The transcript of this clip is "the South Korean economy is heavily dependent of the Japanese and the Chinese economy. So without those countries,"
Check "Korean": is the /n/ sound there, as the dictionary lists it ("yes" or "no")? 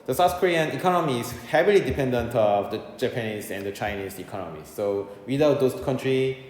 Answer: yes